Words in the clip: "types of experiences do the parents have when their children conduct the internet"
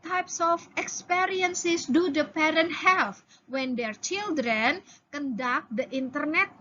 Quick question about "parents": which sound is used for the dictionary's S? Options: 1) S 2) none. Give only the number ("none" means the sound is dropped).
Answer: 2